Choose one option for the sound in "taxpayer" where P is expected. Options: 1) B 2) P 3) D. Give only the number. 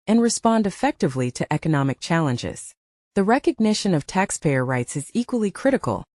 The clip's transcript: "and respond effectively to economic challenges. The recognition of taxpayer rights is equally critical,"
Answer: 2